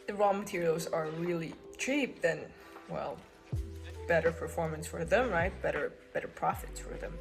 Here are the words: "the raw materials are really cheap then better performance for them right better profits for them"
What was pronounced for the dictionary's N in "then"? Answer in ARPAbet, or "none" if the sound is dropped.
L